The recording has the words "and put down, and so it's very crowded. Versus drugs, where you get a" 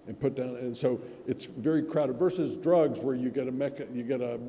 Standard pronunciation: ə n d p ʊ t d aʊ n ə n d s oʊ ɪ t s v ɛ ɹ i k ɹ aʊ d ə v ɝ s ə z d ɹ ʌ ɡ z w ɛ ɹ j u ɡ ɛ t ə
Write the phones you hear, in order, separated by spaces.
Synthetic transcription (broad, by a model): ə n p ʊ t d aʊ n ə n s oʊ ɪ t s v ɛ ɹ i k ɹ aʊ d ə v ɝ s ə z d ɹ ʌ ɡ z w ɛ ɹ j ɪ ɡ ɛ t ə